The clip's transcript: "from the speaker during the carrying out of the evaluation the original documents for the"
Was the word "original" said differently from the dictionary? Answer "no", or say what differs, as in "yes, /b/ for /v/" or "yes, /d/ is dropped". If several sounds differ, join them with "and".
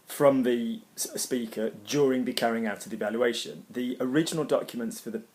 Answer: no